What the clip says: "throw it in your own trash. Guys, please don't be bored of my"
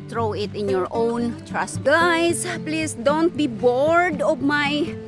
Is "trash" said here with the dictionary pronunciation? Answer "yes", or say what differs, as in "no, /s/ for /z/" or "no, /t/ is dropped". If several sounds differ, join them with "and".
no, /s/ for /ʃ/